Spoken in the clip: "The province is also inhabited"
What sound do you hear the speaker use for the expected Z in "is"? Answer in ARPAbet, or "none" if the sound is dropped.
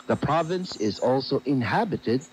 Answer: Z